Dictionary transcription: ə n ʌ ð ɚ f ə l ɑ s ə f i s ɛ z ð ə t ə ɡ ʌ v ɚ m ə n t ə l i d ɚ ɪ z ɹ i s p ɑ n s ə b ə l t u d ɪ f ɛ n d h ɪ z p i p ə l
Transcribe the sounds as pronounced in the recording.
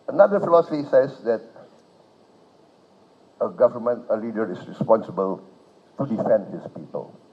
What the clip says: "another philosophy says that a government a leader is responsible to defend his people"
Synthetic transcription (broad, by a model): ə n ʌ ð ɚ f ə l ɑ s ə f i s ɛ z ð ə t ə ɡ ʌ v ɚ m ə n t ə l i d ɚ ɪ s ɹ i s p ɑ n s ə b ə l t u d ɪ f ɛ n d h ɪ s p i p ə l